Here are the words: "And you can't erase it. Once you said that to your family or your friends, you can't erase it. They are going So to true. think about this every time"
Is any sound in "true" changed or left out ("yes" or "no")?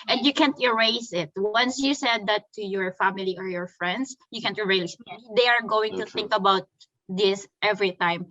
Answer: yes